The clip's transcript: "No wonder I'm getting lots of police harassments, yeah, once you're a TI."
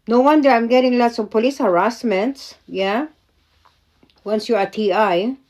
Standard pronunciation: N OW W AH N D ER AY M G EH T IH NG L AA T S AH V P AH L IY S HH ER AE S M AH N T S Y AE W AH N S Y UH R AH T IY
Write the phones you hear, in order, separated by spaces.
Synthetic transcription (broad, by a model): N OW W AH N D ER AY M G EH T IH NG L AA T S AH V P AH L IY S HH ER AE S M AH N T S Y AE W AH N S Y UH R AH T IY